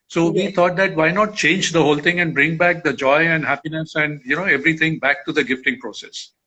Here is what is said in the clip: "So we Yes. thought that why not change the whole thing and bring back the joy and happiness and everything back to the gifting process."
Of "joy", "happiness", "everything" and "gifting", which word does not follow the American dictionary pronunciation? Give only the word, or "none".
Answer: everything